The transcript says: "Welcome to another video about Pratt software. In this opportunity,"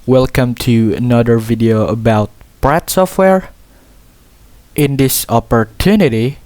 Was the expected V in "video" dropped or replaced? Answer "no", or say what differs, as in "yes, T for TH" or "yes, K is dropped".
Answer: no